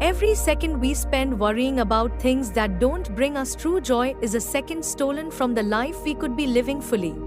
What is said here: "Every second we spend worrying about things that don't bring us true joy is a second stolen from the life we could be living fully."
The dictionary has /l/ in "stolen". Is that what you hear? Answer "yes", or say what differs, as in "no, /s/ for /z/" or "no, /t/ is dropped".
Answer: yes